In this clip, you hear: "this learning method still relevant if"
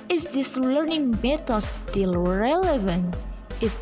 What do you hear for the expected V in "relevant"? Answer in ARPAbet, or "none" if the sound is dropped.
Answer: V